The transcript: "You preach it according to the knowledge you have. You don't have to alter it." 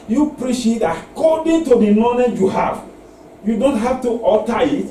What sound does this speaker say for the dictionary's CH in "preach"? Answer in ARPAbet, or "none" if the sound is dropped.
SH